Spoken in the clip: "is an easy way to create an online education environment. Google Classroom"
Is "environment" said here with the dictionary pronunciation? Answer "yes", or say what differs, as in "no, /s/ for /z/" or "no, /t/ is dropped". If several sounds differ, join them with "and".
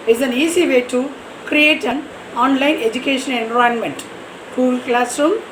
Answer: no, /ɹ/ is dropped